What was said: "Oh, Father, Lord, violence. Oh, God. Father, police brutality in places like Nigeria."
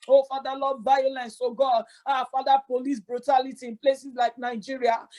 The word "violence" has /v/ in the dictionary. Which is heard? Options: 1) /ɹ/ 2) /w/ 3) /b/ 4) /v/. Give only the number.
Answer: 3